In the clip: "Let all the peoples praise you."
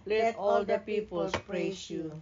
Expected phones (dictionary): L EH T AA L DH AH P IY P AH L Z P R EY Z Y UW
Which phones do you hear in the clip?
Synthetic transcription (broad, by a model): L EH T AA L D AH P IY P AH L S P R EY S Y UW